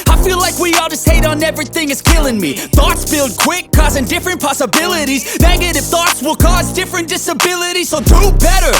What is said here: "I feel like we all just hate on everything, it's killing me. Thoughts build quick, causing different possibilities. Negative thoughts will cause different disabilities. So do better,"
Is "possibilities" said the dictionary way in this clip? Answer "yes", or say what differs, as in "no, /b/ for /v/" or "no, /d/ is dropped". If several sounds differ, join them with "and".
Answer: yes